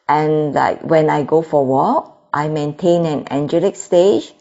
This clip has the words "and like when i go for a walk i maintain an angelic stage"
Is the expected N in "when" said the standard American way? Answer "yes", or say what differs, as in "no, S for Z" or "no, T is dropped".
yes